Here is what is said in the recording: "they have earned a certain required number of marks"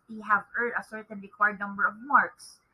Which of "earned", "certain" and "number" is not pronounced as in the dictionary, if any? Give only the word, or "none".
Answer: earned